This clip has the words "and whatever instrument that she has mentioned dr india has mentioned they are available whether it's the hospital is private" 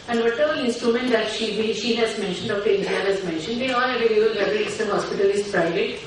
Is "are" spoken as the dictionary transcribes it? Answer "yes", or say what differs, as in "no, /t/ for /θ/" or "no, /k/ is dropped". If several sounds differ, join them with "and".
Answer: no, /l/ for /ɹ/